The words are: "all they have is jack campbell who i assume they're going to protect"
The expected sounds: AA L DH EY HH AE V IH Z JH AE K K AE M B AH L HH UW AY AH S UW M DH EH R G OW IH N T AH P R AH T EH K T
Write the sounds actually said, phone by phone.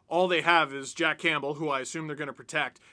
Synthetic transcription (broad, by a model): AA L DH EY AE V IH Z JH AE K K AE M B L HH UW AY AH S UW M DH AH R G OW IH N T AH P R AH T EH K T